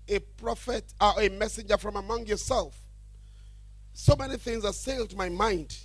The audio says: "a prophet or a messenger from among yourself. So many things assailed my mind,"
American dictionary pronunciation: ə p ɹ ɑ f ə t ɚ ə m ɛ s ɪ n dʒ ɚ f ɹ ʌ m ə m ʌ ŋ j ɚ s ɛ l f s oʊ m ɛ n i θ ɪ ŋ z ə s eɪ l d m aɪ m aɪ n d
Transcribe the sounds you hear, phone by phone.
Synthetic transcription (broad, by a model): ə p ɹ ɑ f ə t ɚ ə m ɛ s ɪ n dʒ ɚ f ɹ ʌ m ə m ʌ ŋ j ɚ s ɛ l f s oʊ m ɛ n i θ ɪ ŋ z ə s eɪ l d m aɪ m aɪ n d